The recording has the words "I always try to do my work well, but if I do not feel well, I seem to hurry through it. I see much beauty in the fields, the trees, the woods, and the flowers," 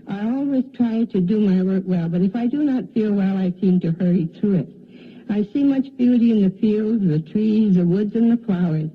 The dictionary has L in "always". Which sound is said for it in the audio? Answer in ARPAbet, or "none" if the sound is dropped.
L